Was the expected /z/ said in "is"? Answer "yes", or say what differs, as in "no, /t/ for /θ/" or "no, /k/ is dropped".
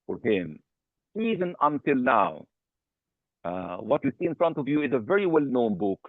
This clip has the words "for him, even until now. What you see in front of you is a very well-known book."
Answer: yes